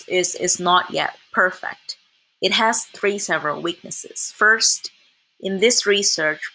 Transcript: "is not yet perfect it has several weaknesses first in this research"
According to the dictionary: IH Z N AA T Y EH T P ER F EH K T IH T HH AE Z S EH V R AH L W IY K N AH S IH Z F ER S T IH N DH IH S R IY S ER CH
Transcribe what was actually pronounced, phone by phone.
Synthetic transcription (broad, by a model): IH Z N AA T Y EH T P ER F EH K T IH T HH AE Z S EH V R AH L W IY K N AH S IH Z F ER S T IH N DH IH S R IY S ER CH